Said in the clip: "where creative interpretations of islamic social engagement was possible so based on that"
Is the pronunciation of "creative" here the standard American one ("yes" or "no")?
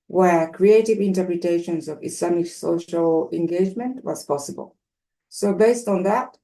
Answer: yes